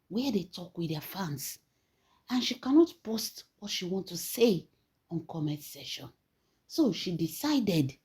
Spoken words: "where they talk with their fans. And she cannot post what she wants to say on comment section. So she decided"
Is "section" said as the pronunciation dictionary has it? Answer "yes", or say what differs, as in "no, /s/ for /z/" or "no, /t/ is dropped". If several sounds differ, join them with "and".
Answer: no, /k/ is dropped